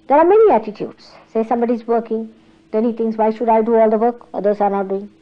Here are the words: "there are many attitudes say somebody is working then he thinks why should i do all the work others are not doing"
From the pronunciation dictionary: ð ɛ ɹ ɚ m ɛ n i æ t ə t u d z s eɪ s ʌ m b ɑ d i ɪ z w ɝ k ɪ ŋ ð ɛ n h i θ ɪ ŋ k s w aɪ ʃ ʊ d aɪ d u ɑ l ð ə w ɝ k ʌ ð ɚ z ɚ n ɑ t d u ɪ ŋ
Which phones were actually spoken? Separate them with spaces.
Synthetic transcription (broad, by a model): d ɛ ɹ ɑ m ɛ n i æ t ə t u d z s eɪ s ʌ m b ɑ d i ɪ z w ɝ k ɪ ŋ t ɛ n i t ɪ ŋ s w aɪ ʃ ʊ d aɪ d u ɑ l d ə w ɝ k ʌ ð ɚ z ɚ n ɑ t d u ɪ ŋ